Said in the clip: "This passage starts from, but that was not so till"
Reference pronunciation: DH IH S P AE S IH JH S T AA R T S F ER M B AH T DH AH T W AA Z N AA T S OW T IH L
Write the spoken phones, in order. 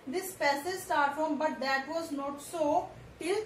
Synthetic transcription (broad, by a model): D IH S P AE S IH Z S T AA R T F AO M B AH T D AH T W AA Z N AA T S OW T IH L